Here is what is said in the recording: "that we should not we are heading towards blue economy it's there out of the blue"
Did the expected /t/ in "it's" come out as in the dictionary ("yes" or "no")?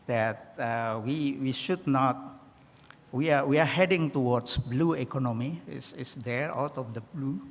no